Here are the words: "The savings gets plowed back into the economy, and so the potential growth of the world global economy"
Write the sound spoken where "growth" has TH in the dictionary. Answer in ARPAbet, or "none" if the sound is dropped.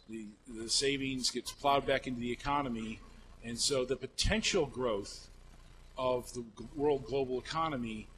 TH